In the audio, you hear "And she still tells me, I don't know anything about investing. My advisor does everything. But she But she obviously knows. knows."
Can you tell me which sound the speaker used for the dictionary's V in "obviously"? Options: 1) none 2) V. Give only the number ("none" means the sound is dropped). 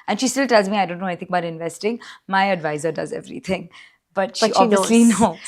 1